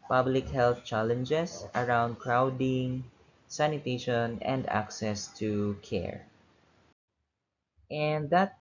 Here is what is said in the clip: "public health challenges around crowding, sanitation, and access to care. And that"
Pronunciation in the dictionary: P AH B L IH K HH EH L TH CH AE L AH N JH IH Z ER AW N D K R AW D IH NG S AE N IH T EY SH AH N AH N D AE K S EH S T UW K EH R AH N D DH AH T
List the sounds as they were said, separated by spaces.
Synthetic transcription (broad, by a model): P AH B L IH K HH EH L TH CH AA L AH N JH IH S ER AW N D K R AW D IH NG S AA N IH T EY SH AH N AH N D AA K S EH S T UW K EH R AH N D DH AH T